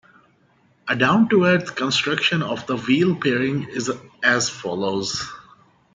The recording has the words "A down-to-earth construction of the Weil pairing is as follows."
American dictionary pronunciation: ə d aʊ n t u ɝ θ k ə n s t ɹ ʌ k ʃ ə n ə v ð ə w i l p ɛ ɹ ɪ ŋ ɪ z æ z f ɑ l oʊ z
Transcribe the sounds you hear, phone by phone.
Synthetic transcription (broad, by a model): ə d aʊ n t u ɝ t k ə n s t ɹ ʌ k ʃ ə n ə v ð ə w i l p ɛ ɹ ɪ ŋ ɪ z æ z f ɑ l oʊ z